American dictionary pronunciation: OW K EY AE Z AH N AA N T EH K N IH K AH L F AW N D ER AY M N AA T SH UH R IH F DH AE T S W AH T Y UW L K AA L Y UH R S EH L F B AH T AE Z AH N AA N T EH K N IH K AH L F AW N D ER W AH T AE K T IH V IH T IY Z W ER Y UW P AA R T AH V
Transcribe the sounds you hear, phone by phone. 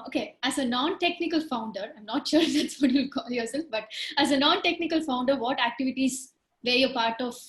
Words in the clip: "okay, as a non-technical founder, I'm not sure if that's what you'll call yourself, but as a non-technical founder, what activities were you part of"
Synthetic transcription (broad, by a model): OW K EY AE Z AH N AA N T EH K N IH K AH L F AW N D ER AY M N AA T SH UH R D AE T S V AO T Y UW L K AA L Y UH R S EH L F B AH T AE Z AH N AA N T EH K N IH K AH L F AW N D ER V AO T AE K T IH V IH T IY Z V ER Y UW P AA R T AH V